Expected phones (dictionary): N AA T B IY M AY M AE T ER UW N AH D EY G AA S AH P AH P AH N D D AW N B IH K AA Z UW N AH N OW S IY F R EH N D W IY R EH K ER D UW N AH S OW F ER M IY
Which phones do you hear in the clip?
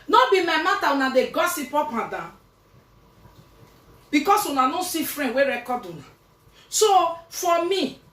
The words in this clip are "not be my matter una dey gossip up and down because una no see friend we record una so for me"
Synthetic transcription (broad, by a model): N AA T B IY M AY M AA T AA UW N AH D EY G AA S AH P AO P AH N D D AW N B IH K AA S UW N AH N OW S IY F R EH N W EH R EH K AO D UW N AH S OW F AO M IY